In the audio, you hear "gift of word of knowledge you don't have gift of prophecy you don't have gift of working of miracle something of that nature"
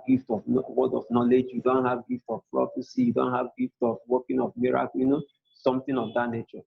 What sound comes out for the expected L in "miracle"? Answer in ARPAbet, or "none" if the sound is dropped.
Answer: N